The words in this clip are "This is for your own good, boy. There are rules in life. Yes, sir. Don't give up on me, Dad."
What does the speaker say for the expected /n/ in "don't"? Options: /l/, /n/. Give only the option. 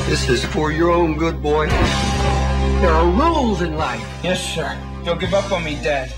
/l/